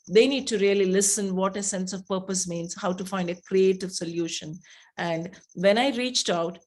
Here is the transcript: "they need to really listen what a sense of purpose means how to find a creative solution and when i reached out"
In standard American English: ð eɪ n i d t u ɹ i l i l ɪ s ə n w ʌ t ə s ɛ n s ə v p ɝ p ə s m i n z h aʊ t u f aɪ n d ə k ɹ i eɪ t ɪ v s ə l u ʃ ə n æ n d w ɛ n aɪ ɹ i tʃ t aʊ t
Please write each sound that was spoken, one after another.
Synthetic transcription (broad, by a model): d eɪ n i d t u ɹ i l i l ɪ s ə n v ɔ t ə s ɛ n s ə v p ɝ p ə s m i n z h aʊ t u f aɪ n d ə k ɹ i eɪ t ɪ v s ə l u ʃ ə n æ n d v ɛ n aɪ ɹ i tʃ t aʊ t